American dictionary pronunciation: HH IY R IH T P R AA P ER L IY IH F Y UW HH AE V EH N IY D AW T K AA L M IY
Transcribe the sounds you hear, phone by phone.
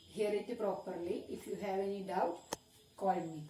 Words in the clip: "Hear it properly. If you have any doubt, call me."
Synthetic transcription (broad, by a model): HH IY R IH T P R AA P ER L IY IH F Y UW HH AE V EH N IY D AW T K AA N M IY